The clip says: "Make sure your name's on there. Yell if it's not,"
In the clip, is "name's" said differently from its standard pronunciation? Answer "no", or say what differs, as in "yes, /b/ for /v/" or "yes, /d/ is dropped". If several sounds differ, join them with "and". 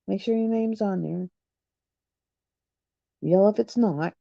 no